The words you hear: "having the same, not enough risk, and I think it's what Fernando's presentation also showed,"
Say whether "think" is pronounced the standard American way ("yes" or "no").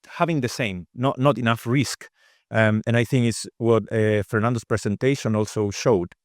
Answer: yes